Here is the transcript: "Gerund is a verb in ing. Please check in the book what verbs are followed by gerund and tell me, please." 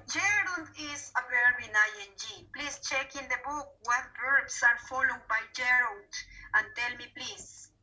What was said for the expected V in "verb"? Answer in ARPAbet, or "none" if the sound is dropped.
B